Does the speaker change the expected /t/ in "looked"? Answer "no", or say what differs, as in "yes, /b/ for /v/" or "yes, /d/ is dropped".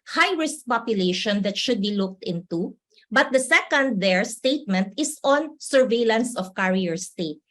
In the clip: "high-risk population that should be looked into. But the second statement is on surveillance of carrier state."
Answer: no